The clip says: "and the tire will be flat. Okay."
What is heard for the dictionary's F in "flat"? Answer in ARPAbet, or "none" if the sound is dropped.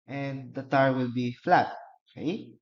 F